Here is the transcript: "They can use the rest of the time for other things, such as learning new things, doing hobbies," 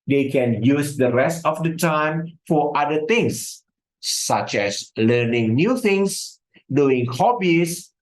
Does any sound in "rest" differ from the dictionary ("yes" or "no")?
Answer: no